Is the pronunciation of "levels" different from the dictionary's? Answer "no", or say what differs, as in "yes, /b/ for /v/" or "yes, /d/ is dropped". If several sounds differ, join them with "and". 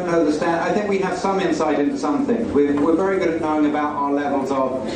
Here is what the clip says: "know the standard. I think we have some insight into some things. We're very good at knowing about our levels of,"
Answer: no